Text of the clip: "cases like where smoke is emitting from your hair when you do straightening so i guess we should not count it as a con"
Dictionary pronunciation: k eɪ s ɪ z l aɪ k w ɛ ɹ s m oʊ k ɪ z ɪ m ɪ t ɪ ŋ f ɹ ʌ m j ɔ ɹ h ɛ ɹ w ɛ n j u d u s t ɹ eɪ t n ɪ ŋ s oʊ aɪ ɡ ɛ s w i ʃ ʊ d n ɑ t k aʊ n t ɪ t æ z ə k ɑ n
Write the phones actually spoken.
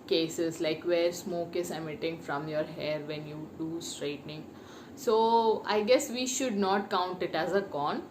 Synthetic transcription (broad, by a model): k eɪ s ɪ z l aɪ k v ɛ ɹ s m oʊ k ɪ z ɪ m ɪ t ɪ ŋ f ɹ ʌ m j ɔ ɹ h ɛ ɹ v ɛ n j u d u s t ɹ eɪ t n ɪ ŋ s oʊ aɪ ɡ ɛ s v i ʃ ʊ d n ɑ t k aʊ n t ɪ t æ z ə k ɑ n